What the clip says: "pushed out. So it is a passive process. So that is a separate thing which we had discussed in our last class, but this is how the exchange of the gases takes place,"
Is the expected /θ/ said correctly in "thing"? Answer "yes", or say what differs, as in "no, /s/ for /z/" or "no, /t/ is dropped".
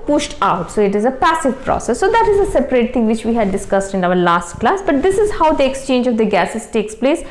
no, /t/ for /θ/